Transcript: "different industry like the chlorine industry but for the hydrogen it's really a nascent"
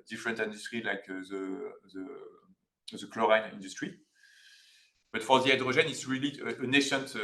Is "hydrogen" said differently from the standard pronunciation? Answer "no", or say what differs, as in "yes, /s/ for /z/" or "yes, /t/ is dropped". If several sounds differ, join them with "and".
yes, /ʒ/ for /dʒ/